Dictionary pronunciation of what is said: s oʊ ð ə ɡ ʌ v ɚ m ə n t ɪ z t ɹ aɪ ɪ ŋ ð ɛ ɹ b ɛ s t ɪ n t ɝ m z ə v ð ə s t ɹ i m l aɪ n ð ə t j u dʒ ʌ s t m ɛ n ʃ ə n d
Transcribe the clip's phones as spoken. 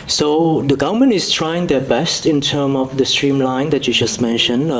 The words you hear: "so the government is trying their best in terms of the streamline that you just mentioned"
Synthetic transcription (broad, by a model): s oʊ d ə ɡ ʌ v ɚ m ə n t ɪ s t ɹ aɪ ɪ ŋ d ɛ b ɛ s t ɪ n t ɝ m ə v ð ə s t ɹ i m l aɪ n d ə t j u dʒ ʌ s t m ɛ n ʃ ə n